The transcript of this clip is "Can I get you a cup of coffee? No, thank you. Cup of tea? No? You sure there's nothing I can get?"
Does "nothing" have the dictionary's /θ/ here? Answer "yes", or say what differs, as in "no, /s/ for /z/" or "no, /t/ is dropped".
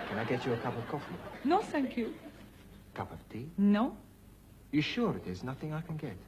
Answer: yes